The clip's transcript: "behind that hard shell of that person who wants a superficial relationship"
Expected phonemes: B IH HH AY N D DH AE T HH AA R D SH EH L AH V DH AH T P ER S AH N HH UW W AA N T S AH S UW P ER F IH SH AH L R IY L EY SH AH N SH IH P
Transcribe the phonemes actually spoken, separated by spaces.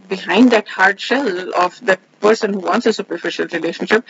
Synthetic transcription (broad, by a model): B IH HH AY N D DH AE T HH AA R D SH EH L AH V DH AH T P ER S AH N HH UW W AA N T S AH S UW P ER F IH SH AH L R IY L EY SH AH N SH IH P